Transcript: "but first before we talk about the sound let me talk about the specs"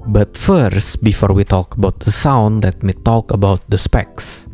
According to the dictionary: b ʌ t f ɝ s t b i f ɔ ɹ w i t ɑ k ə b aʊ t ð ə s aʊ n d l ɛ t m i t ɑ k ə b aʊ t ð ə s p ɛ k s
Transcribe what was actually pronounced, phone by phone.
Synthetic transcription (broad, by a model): b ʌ t f ɝ s t b i f ɔ ɹ w i t ɑ k ə b aʊ t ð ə s aʊ n d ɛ t m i t ɑ k ə b aʊ t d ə s p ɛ k s